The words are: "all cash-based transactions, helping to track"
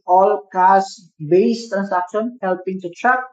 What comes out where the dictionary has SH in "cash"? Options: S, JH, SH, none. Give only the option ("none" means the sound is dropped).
S